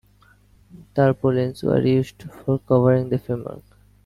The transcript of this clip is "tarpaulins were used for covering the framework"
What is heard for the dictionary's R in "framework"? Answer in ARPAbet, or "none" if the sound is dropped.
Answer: none